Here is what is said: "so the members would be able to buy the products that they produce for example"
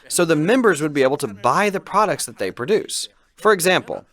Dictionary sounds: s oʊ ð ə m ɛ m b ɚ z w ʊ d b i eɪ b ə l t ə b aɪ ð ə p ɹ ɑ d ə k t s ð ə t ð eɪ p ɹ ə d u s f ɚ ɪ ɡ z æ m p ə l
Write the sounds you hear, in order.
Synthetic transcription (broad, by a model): s oʊ ð ə m ɛ m b ɚ z w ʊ d b i eɪ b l t ə b aɪ ð ə p ɹ ɑ d ə k t s ð ə t ð eɪ p ɹ ə d u s f ɚ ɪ ɡ z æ m p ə l